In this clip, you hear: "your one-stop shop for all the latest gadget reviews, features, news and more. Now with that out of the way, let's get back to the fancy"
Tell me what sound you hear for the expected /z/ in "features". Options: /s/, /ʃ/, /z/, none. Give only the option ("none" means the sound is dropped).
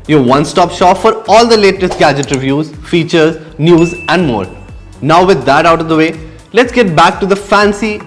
/z/